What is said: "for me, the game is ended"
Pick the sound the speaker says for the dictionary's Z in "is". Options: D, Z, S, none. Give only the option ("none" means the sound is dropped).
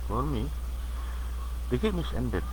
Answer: S